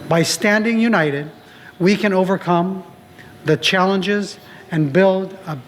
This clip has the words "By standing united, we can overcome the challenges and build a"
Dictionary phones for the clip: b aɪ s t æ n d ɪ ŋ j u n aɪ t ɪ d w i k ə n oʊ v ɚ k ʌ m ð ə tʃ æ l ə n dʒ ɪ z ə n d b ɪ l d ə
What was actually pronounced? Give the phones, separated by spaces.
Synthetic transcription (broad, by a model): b aɪ s t æ n d ɪ ŋ j u n aɪ t ɪ d w i k ə n oʊ v ɚ k ʌ m ð ə tʃ æ l ə n dʒ ɪ z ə n b ɪ l d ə